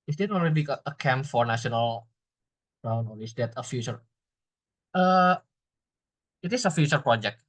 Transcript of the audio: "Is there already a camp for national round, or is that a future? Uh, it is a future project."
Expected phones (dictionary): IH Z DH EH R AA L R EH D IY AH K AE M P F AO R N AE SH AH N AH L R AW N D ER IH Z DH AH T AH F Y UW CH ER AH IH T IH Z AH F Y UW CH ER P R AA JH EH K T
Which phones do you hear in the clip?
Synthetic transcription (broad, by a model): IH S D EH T AA L R EH D IY AH K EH M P F AO R N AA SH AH N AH L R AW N AO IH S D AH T AH F Y UW CH ER AH IH T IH S AH F Y UW CH ER P R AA JH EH K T